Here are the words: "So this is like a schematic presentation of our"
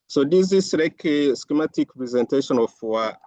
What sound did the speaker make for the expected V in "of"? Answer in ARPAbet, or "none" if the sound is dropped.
W